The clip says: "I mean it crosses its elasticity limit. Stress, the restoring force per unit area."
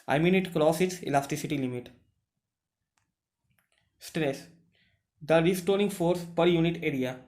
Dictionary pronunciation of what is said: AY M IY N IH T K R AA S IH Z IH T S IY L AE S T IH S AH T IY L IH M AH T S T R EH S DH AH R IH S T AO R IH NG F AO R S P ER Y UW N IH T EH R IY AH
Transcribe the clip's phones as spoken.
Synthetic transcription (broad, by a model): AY M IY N IH T K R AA S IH IH T S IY L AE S T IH S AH T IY L IH M AH T S T R EH S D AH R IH S T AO R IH NG F AO R S P ER Y UW N IH T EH R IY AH